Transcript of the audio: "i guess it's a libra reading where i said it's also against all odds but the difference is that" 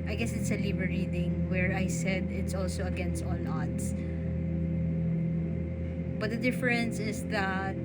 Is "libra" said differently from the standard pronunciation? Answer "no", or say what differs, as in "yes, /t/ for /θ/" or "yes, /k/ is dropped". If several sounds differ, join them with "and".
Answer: yes, /ɹ/ is dropped